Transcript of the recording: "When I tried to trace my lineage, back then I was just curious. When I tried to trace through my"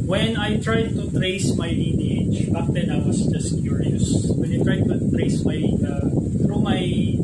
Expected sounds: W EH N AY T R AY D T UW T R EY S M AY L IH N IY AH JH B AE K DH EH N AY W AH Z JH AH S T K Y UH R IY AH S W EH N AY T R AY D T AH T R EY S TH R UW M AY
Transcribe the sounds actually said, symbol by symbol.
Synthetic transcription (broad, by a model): W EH N AY T R AY D T UW T R EY S M AY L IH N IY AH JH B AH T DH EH N AY W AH S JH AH S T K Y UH R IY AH S W EH N AY T R AY D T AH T R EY S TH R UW M AY